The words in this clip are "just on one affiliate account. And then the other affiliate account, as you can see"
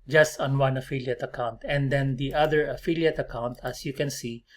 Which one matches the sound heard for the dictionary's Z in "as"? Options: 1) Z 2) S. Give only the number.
2